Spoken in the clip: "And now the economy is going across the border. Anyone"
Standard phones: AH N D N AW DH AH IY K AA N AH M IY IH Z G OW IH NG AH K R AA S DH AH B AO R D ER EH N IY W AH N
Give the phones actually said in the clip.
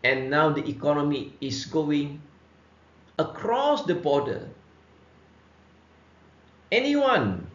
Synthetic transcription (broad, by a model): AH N N AW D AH IY K AA N AH M IY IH S G OW IH NG AH K R AA S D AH B AO D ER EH N IY W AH N